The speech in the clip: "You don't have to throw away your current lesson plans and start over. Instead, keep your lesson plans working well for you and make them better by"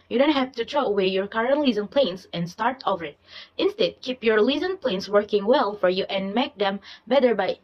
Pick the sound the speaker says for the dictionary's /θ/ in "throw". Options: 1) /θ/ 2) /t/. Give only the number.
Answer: 2